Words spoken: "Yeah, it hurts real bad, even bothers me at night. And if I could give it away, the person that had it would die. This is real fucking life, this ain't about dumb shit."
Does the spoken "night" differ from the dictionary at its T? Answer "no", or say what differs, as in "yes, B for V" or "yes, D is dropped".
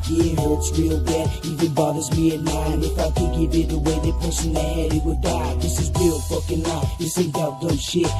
yes, T is dropped